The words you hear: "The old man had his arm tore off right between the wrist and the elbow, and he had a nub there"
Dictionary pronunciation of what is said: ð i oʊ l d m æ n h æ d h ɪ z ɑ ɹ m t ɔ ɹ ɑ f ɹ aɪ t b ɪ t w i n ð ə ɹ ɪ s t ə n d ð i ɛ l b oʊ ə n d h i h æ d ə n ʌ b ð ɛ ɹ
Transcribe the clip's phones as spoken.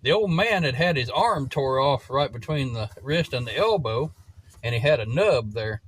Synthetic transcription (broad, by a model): ð i oʊ l d m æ n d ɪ d ɪ z ɑ ɹ m t ɔ ɹ ɑ f ɹ aɪ t b ɪ t w i n ð ə ɹ ɪ s t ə n ð i ɛ l b oʊ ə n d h i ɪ d ə n ʌ b ð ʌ ɹ